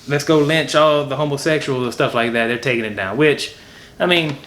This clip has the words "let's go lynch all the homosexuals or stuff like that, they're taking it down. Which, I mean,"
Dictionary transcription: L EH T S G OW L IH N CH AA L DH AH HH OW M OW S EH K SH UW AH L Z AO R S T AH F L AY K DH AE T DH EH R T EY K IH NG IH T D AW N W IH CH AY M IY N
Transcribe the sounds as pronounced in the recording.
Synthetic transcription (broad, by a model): L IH T S G OW L IH N CH AA L DH AH HH OW M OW S EH K SH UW L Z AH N S T AH F L AY K DH AE T DH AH R T EY K IH NG IH T D AW N W IH CH AY M IY N